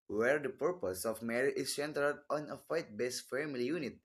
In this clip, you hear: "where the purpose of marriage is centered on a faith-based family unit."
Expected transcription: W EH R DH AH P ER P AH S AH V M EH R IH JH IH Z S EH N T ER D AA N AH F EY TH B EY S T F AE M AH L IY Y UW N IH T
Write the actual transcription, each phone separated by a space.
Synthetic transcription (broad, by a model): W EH R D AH P ER P AH S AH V M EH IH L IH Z S EH N T ER D AA N AH F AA T B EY S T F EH M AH L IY Y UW N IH T